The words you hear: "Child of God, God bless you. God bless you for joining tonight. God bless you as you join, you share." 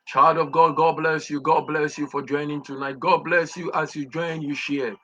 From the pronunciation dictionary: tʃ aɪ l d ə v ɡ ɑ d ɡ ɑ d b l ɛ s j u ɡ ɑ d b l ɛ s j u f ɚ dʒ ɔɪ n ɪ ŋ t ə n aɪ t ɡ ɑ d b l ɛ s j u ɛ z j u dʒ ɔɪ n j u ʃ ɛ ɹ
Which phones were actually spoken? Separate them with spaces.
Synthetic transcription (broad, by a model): tʃ aɪ l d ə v ɡ ɑ d ɡ ɑ d b l ɛ s j u ɡ ɑ d b l ɛ s j u f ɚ dʒ ɔɪ n ɪ ŋ t ə n aɪ t ɡ ɑ d b l ɛ s j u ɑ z j u dʒ ɔɪ n j u ʃ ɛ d